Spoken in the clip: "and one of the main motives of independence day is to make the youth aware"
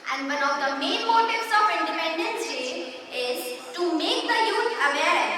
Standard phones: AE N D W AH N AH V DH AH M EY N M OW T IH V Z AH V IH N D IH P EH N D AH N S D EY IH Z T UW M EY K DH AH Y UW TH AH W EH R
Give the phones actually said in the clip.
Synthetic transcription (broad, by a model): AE N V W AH N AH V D AH M EY N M OW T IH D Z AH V IH N D IH P EH N D AH N S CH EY IH Z T UW M EY K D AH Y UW T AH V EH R